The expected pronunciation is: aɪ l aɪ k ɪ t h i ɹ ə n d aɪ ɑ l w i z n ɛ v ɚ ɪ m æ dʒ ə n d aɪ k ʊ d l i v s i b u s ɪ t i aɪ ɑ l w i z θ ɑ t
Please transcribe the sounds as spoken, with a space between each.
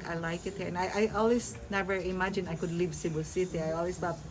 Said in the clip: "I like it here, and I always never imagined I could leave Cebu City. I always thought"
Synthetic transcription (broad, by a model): aɪ l aɪ k ɪ t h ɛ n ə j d aɪ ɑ l w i s n ɛ v ɚ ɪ m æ dʒ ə n aɪ k ʊ d l i v s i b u s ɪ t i aɪ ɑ l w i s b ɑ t